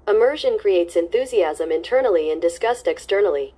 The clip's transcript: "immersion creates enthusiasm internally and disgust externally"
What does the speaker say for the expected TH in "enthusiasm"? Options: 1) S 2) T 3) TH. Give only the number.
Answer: 3